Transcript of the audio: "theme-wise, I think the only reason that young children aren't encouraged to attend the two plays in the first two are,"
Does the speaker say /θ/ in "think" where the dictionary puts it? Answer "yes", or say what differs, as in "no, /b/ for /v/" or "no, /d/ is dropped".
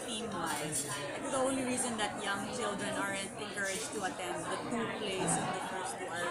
no, /f/ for /θ/